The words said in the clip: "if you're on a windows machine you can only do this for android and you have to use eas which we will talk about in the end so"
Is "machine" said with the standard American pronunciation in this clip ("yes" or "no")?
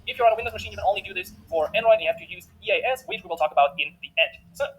yes